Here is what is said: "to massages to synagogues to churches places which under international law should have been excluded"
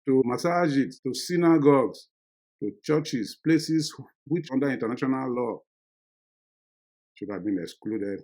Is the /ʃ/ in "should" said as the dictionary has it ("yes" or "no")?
no